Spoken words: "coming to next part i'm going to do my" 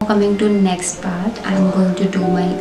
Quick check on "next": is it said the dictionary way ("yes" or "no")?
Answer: yes